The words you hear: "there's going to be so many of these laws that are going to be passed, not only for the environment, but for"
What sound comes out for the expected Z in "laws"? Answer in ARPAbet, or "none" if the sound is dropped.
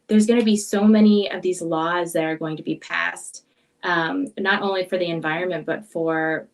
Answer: Z